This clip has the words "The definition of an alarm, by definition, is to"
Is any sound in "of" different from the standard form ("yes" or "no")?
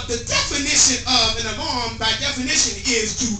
no